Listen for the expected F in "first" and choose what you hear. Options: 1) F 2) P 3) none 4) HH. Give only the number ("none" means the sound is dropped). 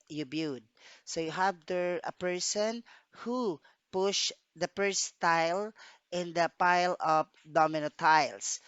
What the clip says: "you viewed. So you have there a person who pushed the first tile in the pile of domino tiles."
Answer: 2